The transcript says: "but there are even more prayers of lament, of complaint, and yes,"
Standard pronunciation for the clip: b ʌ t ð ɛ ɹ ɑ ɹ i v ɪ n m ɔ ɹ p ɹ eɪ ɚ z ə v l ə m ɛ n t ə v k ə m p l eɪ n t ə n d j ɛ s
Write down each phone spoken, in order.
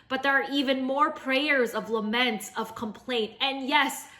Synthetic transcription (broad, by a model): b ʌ t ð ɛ ɹ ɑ ɹ i v ɪ n m ɔ ɹ p ɹ eɪ ɚ z ə v l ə m ɛ n t ə v k ə m p l eɪ n t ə n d j ɛ s